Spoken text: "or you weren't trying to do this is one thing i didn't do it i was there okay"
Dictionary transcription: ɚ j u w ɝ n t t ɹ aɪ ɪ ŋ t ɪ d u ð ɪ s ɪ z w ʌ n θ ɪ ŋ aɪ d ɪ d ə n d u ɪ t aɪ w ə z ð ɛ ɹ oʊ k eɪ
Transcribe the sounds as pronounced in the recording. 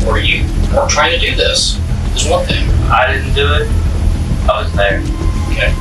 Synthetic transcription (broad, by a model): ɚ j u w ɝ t t ɹ aɪ ɪ ŋ t ɪ d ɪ ð ɪ s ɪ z w ʌ n θ ɪ ŋ aɪ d ɪ d n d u ɪ t aɪ w ə z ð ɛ ɹ oʊ k eɪ